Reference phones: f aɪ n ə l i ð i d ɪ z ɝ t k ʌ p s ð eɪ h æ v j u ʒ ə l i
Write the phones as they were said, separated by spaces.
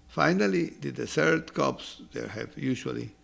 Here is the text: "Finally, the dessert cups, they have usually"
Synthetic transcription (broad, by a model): f aɪ n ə l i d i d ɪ s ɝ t k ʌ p s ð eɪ h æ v j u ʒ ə l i